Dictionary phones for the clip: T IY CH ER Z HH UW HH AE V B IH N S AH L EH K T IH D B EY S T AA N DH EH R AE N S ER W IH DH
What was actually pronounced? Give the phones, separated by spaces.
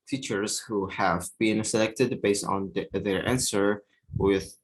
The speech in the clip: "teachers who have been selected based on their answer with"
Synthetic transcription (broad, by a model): T IY CH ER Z HH UW HH AE V B IH N S AH L EH K T IH D B EY S T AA N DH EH R AE N S ER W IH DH